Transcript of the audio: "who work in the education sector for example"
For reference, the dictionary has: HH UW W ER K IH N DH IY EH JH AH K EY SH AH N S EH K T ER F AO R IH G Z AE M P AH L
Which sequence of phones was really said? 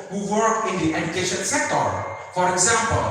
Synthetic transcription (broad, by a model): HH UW W ER K IH N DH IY EH JH AH K EY SH AH N S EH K T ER F AO R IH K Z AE M P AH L